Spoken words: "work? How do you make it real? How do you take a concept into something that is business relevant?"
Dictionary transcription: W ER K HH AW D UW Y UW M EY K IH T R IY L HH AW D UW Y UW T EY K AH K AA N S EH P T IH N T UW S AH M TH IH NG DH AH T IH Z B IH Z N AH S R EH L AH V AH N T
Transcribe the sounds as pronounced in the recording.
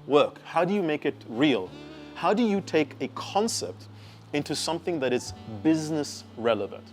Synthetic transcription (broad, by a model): W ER K HH AW D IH Y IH M EY K IH T R IY L HH AW D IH Y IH T EY K AH K AA N S EH P T IH N T UW S AH M TH IH NG DH AH T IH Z B IH Z N AH S R EH L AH V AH N T